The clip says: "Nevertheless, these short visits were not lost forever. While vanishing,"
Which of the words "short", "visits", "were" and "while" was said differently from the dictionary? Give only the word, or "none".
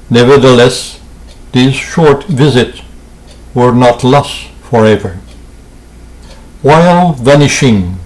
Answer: none